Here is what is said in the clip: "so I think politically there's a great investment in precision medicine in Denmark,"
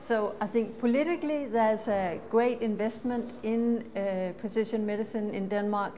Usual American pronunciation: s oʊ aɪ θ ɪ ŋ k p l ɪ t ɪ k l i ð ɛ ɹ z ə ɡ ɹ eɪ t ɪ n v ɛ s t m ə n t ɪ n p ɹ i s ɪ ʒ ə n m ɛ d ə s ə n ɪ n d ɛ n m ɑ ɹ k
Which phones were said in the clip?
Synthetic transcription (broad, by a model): s oʊ aɪ θ ɪ ŋ k p l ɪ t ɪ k l i ð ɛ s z ə ɡ ɹ eɪ t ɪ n v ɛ s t m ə n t ɪ n p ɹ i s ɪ ʃ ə n m ɛ d ə s ə n ɪ n d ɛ n m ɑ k